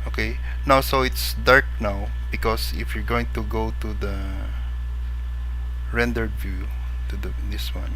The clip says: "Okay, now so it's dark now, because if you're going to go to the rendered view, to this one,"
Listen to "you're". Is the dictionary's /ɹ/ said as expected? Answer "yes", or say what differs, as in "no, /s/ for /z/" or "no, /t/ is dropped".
yes